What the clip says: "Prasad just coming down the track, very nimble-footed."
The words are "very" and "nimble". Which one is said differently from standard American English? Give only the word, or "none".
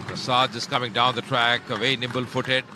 very